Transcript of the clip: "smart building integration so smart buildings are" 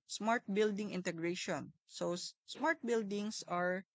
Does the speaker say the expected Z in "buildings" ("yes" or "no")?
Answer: no